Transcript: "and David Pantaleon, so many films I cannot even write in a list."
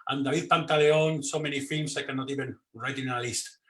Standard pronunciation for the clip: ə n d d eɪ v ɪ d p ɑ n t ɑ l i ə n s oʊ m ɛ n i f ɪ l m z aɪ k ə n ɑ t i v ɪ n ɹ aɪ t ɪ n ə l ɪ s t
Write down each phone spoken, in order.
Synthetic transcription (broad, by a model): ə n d d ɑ b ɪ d p ɑ n t ɑ l i ə n s oʊ m ɛ n i f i l m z aɪ k ə n ɑ t i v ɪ n ɹ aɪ t ɪ n ə l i s t